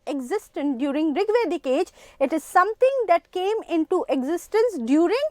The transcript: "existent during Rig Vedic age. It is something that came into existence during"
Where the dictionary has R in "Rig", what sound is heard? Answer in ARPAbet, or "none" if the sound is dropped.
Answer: R